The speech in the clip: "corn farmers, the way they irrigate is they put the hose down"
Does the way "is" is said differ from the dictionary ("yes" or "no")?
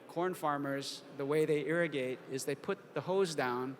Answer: no